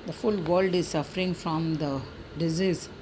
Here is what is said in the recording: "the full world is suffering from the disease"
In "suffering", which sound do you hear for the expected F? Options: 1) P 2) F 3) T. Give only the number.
2